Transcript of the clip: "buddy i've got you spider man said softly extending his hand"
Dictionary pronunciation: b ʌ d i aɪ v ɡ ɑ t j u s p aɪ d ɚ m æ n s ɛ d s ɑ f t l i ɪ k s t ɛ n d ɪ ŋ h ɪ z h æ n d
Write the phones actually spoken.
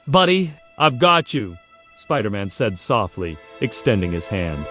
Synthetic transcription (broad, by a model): b ʌ d i aɪ v ɡ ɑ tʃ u s p aɪ d ɚ m æ n s ɛ d s ɑ f t l i ɪ k s t ɛ n d ɪ ŋ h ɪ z h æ n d